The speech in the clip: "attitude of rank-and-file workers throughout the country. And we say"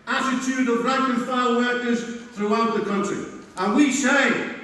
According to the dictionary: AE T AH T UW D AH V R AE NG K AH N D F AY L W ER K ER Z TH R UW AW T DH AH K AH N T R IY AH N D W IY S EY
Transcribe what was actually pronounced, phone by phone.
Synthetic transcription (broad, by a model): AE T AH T UW D AH V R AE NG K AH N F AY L W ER K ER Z TH R UW AW T DH AH K AH N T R IY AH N W IY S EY